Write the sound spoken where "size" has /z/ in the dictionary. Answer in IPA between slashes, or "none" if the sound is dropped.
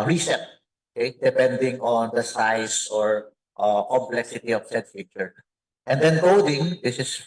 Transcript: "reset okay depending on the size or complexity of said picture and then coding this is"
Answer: /s/